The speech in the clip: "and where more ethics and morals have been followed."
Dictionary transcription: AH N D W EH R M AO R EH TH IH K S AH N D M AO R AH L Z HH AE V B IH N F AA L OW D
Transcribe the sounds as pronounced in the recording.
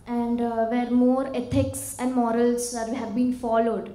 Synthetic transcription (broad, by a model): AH N D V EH R M AO R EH T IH K S AH N D M AO R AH L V HH AE V B IH N F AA L OW D